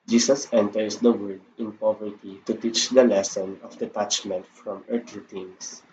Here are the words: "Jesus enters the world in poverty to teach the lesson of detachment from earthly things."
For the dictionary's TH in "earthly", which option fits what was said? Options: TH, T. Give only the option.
T